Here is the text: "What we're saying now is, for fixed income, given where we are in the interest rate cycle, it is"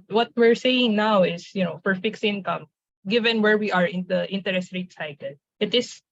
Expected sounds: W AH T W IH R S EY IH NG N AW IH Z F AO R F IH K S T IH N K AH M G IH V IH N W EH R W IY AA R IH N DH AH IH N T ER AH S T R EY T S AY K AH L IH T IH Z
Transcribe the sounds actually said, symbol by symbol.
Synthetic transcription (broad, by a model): W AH T W IH R S EY IH NG N AW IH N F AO R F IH K S IH N K AH M G IH V IH N W EH R W IY AA R IH N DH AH IH N T ER AH S T R EY T S AY K AH L IH T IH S